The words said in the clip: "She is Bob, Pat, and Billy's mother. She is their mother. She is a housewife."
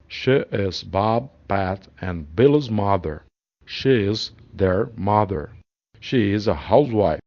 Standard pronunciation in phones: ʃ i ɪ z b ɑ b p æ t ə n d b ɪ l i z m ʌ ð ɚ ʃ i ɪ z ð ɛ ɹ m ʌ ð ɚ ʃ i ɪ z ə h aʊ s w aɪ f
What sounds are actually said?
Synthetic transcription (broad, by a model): ʃ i ɪ z b ɑ b p æ t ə n b ɪ l i z m ʌ ð ɚ ʃ i ɪ z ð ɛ ɹ m ʌ ð ɚ ʃ i ɪ z ə h aʊ s w aɪ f